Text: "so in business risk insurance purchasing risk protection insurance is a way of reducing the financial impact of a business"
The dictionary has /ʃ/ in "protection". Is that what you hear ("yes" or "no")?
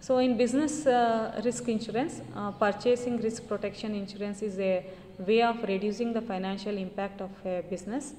yes